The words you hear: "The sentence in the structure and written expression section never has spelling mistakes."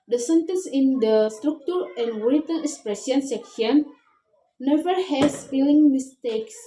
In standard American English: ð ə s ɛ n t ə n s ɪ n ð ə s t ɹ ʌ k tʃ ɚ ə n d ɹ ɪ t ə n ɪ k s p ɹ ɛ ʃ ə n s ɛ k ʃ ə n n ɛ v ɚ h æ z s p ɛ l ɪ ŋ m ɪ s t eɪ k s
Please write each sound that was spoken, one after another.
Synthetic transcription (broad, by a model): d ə s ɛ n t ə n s ɪ n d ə s t ɹ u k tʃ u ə n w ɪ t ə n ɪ k s p ɹ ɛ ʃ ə n s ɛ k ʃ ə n n ɛ v ɚ h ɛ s f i l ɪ ŋ m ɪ s t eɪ k s